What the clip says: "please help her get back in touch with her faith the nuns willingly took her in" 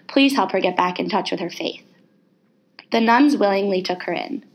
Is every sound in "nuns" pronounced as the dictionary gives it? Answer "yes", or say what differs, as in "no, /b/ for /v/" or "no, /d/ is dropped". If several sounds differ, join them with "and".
yes